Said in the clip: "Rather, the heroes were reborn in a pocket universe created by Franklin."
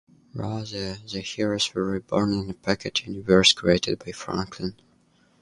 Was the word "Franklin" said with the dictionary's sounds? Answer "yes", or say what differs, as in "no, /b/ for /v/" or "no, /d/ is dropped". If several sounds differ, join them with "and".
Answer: yes